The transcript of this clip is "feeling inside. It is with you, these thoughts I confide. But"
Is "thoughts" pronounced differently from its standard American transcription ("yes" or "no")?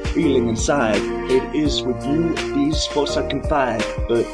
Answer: yes